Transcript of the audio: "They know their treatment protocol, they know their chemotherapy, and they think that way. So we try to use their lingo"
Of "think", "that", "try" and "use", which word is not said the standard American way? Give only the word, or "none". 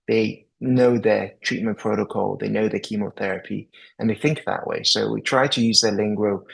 none